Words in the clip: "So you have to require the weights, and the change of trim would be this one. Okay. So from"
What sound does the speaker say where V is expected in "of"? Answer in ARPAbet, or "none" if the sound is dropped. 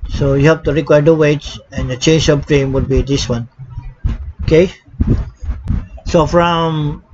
P